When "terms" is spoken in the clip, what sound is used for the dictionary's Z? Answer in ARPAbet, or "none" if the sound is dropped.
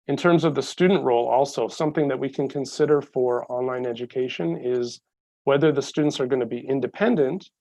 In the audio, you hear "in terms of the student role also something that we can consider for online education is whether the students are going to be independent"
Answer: Z